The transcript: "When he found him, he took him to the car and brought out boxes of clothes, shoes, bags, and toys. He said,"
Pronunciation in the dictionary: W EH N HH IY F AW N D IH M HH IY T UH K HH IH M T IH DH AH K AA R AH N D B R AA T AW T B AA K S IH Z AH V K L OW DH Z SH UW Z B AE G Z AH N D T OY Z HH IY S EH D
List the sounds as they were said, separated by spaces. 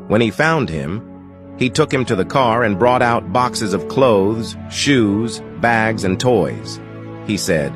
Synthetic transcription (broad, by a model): W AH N IY F AW N D IH M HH IY T UH K HH IH M T IH DH AH K AA R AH N B R AA T AW T B AA K S IH Z AH V K L OW DH Z SH UW Z B AE G Z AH N T OY Z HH IY S EH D